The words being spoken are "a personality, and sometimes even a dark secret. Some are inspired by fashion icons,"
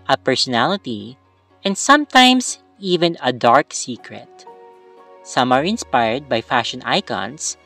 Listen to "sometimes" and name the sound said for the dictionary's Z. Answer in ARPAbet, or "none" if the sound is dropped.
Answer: S